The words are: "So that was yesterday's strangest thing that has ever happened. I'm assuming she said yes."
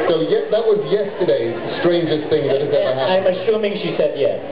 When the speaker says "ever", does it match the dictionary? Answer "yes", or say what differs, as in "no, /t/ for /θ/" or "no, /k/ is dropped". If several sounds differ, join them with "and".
no, /v/ is dropped